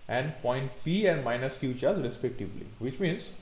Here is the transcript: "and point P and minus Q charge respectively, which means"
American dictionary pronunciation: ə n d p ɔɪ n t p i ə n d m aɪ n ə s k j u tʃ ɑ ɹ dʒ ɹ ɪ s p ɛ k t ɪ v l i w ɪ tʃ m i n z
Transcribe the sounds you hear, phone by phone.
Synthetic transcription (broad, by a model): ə n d p ɔɪ n t p i ə n d m aɪ n ə s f j u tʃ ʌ ɹ z ɹ ɪ s p ɛ k t ɪ v l i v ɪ tʃ m i n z